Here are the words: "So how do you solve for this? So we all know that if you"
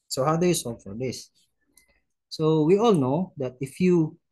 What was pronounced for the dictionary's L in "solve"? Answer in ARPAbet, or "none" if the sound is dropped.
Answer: none